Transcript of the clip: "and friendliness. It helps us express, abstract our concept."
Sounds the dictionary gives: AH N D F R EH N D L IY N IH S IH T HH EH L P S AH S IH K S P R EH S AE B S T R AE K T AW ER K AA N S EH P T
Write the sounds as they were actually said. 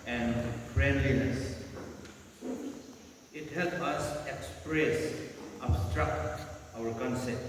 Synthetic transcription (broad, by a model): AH N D F R EH N D L IY N IH S IH T HH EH L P AH S IH K S P R EH S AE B S T R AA K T AW ER K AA N S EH P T